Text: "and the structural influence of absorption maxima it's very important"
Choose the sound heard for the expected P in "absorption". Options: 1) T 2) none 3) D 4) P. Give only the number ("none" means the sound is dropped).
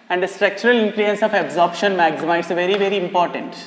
4